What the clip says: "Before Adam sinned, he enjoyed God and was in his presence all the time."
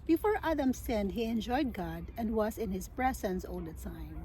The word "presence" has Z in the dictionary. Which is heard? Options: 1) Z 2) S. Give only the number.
2